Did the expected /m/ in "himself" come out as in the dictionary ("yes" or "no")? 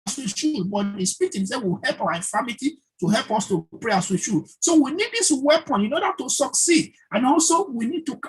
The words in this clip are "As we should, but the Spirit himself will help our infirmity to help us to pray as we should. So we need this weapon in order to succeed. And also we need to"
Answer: no